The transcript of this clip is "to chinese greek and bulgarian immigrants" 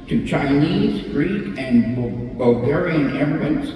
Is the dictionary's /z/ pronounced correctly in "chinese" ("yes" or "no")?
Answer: yes